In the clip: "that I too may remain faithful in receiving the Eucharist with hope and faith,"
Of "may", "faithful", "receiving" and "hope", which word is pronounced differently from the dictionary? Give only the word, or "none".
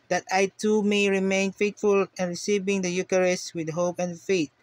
faithful